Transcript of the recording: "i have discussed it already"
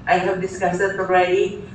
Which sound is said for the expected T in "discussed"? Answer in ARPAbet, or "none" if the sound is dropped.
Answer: none